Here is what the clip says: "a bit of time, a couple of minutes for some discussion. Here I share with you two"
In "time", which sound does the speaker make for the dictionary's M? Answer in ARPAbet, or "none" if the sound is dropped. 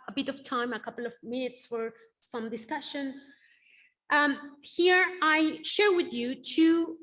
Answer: M